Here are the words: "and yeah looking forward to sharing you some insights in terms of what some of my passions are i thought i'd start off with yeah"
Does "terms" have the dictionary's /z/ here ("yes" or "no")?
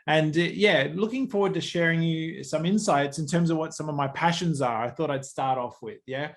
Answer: yes